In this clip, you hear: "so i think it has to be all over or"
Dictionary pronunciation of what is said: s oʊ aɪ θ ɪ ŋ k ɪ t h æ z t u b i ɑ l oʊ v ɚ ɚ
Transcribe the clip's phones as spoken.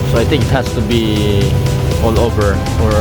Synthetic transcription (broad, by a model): s oʊ aɪ t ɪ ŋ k ɪ t h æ s t u b i ɑ l oʊ v ɚ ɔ